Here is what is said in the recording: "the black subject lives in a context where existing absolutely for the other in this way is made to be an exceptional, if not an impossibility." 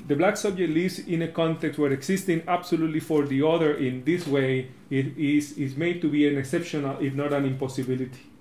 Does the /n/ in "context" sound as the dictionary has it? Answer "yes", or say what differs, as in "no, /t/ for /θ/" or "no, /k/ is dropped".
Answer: yes